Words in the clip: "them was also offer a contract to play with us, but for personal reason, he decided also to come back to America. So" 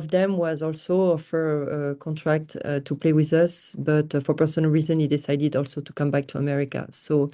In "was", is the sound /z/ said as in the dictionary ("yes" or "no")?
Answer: yes